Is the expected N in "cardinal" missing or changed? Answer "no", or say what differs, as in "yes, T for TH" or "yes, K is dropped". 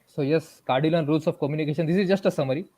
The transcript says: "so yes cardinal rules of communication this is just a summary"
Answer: yes, L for N